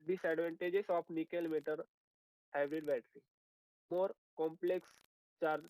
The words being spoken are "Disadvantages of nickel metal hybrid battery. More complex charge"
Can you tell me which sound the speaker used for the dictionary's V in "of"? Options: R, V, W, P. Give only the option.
P